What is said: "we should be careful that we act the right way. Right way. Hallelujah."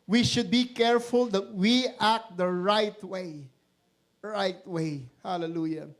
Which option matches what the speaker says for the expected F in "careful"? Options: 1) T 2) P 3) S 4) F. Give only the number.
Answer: 4